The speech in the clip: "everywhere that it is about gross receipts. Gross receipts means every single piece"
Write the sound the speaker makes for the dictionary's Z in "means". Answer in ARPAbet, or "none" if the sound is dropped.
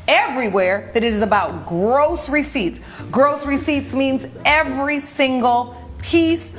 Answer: Z